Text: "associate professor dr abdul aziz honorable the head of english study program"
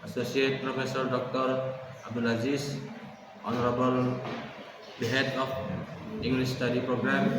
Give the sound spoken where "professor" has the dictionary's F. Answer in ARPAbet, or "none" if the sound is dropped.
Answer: P